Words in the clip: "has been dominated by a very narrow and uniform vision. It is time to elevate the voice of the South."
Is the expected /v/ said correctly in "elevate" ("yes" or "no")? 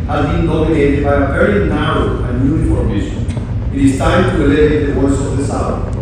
no